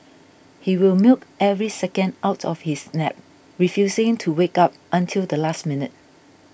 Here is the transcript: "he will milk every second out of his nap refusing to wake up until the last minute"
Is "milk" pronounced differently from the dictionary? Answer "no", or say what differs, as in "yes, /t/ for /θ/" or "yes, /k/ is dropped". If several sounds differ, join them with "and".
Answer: no